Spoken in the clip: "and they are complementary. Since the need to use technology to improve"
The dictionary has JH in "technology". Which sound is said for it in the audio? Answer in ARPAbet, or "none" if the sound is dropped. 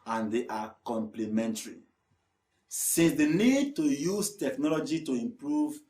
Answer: JH